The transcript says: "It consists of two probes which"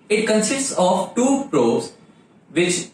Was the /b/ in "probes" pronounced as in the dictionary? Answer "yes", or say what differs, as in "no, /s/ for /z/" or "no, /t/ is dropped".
no, /b/ is dropped